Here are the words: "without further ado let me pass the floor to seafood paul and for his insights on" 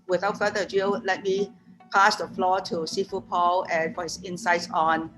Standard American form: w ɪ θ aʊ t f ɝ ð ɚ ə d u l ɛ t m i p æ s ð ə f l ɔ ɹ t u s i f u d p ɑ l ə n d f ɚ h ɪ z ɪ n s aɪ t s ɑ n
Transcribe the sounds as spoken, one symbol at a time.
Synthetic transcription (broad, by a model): w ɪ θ aʊ t f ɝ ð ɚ ə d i l ɛ t m i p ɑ s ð ə f l ɔ t u s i f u p ɑ l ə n f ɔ h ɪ s ɪ n s aɪ t s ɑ n